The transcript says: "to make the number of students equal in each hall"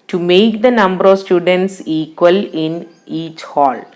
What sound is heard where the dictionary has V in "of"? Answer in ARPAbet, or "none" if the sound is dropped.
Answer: V